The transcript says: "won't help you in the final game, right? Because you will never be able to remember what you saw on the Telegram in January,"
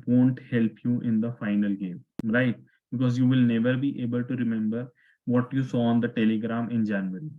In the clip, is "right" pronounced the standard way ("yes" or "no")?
yes